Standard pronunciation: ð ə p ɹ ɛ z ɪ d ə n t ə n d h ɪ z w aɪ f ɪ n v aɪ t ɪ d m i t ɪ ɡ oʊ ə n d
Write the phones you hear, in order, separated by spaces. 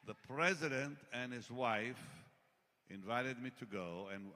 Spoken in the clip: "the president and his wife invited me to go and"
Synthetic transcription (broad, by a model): ð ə p ɹ ɛ z ɪ d ə n t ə n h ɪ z w aɪ f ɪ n v aɪ t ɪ d m i t ɪ ɡ oʊ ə n